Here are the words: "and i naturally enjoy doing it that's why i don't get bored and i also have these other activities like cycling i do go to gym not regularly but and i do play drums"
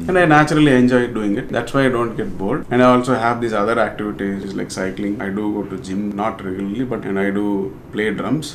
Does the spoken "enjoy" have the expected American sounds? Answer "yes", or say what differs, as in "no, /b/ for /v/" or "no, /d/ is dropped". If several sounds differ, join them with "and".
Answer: yes